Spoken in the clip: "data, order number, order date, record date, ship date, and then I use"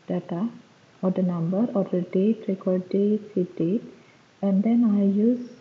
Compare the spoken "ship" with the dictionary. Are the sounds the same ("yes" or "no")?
no